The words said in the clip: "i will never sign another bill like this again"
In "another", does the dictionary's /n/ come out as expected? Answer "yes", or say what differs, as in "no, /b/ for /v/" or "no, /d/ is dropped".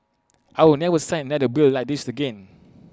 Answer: no, /n/ is dropped